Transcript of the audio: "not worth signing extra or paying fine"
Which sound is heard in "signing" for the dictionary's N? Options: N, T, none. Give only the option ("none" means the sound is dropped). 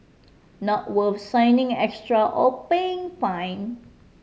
N